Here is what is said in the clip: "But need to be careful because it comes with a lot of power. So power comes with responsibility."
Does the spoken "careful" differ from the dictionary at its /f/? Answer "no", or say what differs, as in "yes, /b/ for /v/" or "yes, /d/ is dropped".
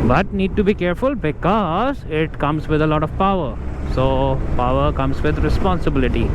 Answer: no